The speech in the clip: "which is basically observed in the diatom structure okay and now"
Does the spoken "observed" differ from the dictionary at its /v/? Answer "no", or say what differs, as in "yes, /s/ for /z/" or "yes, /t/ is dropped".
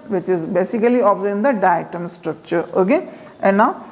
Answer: yes, /v/ is dropped